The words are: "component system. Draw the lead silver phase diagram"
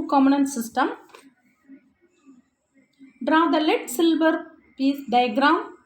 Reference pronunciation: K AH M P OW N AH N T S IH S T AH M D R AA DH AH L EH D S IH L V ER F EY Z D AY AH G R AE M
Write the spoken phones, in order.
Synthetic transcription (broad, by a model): K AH M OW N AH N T S IH S T AH M D R AA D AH L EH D S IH L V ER P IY S D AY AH G R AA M